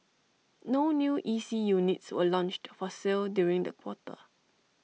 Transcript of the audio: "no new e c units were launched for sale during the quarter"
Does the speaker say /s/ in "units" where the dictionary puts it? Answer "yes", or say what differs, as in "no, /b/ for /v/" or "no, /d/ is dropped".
yes